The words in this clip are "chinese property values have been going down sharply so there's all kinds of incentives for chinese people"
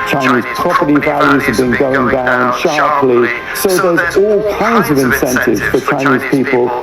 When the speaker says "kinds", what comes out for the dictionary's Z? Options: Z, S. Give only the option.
Z